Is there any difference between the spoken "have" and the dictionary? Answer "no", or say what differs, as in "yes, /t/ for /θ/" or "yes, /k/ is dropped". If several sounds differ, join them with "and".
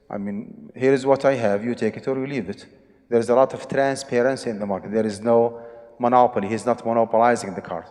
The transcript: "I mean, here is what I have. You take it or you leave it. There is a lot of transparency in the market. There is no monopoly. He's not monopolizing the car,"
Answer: no